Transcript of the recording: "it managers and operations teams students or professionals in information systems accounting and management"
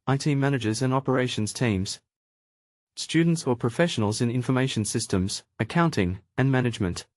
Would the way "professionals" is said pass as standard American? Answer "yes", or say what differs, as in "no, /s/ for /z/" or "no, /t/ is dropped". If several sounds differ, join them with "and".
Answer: yes